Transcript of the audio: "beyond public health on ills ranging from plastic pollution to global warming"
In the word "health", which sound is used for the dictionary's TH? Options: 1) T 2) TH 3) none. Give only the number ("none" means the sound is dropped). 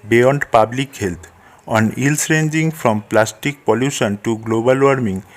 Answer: 1